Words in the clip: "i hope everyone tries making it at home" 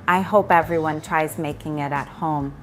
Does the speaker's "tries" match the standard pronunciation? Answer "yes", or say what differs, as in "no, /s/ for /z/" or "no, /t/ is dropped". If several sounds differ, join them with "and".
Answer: yes